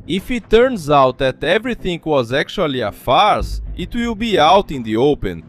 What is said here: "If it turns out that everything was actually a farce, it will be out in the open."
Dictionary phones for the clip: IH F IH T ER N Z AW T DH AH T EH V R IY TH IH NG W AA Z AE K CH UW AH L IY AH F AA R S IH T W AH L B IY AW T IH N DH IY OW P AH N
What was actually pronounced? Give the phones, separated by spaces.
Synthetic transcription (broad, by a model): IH F IH T ER N Z AW T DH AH T EH V R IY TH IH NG W AA Z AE K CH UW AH L IY AH F AA R S IH T W AH L B IY AW T IH N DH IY OW P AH N